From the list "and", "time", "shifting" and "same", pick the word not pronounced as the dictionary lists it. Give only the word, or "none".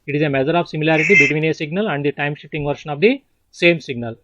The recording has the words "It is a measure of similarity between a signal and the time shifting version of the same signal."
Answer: shifting